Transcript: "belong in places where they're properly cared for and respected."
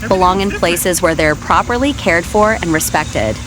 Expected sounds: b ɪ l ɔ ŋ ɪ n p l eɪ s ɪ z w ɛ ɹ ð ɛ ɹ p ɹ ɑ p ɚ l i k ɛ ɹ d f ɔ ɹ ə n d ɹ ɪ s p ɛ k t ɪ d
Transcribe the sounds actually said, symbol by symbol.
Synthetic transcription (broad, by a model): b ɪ l ɔ ŋ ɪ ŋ p l eɪ s ɪ z w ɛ ɹ ð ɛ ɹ p ɹ ɑ p ɚ l i k ɛ ɹ d f ɔ ɹ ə n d ɹ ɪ s p ɛ k t ɪ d